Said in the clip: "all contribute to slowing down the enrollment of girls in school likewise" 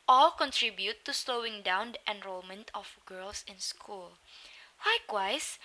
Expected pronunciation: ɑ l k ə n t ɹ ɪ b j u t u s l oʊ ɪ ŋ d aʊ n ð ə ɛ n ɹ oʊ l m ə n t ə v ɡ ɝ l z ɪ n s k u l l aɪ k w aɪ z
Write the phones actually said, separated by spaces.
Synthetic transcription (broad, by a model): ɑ l k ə n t ɹ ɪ b j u t u s l oʊ ɪ ŋ d aʊ n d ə ɛ n ɹ oʊ l m ə n t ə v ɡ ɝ l s ɪ n s k u l l aɪ k w aɪ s